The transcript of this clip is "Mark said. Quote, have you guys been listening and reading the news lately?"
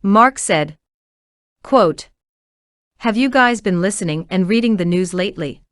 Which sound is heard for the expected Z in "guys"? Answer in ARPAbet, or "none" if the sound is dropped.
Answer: Z